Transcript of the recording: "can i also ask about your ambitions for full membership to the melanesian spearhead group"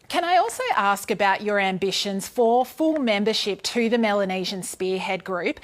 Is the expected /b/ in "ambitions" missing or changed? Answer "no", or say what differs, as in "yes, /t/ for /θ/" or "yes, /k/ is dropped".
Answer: no